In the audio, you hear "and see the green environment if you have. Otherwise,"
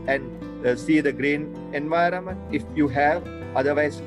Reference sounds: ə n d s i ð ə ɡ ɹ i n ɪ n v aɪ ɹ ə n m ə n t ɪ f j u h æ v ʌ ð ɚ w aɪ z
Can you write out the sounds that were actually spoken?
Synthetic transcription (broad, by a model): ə n d s i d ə ɡ ɹ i n ɪ n v aɪ ɹ ə n m ə n t ɪ f j u h æ v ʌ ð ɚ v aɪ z